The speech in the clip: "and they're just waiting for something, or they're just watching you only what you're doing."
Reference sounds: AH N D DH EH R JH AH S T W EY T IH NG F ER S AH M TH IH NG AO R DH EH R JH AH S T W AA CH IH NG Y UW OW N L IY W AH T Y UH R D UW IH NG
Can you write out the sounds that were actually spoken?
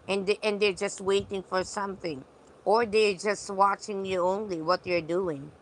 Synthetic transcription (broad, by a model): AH N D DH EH R JH AH S T W EY T IH NG F ER S AH M TH IH NG AO R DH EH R JH AH S T W AA CH IH NG Y UW OW N L IY W AH T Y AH R D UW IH NG